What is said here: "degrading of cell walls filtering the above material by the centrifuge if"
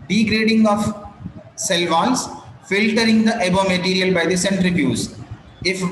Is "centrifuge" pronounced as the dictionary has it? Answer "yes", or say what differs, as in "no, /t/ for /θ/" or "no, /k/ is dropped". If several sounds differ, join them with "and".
no, /z/ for /dʒ/